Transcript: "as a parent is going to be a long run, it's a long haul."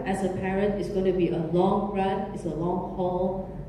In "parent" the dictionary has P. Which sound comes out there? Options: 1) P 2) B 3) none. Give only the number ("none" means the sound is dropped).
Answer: 1